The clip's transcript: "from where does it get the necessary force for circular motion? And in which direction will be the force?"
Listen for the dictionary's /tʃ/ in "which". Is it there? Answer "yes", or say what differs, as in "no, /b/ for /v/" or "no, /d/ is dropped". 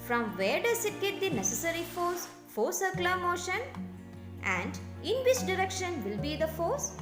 no, /s/ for /tʃ/